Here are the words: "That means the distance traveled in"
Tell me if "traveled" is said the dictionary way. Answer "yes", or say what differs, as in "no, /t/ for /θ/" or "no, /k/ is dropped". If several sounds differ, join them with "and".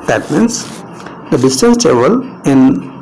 no, /ɹ/ is dropped and /d/ is dropped